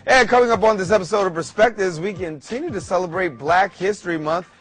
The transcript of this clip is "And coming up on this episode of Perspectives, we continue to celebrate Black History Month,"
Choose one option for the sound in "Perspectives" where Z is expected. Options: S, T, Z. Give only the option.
Z